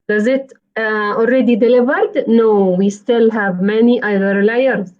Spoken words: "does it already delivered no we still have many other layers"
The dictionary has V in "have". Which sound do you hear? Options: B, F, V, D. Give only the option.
V